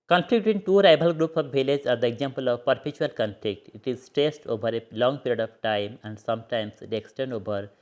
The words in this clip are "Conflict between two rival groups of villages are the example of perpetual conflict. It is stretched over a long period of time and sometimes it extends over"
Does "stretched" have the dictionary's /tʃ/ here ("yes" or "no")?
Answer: no